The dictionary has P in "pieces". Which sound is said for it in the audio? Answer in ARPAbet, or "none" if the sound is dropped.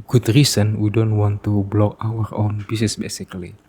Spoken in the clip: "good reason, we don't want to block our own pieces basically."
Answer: B